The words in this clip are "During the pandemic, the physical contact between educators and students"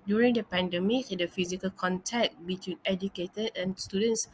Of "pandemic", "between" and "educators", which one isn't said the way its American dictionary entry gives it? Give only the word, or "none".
educators